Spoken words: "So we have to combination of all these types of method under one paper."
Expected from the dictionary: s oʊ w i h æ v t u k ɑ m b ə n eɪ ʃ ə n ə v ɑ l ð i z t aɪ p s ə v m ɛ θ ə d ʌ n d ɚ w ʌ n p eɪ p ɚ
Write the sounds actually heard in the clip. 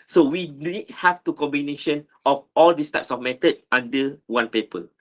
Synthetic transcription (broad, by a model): s oʊ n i h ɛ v t u k ɑ m b ə n eɪ ʃ ə n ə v ɑ l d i s t aɪ p s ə f m ɛ t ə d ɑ n d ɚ w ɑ n p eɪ p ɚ